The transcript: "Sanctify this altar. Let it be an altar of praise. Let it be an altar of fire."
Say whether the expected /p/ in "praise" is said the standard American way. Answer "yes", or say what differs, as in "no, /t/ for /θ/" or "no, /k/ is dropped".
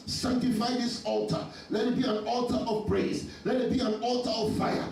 no, /b/ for /p/